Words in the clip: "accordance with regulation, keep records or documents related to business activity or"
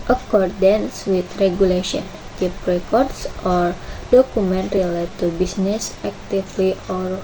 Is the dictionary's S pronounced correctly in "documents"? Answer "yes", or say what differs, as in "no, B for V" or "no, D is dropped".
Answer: no, S is dropped